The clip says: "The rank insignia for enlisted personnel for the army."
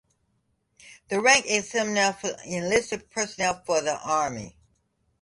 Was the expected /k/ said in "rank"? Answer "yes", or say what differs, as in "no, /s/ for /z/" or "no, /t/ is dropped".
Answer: yes